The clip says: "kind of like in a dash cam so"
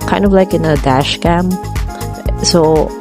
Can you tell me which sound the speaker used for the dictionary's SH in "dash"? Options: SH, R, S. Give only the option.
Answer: SH